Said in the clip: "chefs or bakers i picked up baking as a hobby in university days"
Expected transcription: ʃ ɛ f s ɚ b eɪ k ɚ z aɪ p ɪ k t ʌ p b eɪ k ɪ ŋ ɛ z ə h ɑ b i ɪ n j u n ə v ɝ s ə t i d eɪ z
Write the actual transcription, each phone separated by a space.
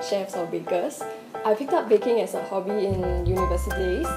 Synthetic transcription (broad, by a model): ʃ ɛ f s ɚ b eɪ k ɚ s aɪ f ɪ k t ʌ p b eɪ k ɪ ŋ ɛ s ə h ɑ b i ɪ n j u n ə v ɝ s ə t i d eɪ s